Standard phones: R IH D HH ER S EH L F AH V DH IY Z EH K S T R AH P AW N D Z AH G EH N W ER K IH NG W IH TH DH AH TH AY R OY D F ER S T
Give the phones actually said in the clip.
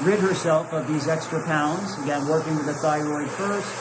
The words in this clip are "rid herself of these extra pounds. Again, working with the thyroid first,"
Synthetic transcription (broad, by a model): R IH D HH ER S EH L F AH V DH IY Z EH K S T R AH P AW N D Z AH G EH N W ER K IH NG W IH DH AH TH AY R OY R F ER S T